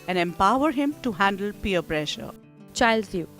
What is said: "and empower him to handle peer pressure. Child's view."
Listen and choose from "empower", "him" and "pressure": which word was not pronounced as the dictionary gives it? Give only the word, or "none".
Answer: none